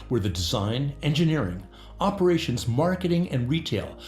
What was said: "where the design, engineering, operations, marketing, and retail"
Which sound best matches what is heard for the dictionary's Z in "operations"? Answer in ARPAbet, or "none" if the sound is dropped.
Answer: Z